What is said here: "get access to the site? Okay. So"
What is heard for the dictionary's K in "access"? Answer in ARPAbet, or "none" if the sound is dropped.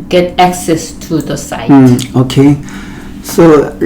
K